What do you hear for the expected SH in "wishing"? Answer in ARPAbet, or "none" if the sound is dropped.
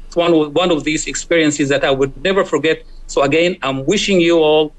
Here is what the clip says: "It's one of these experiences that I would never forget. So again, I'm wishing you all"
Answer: SH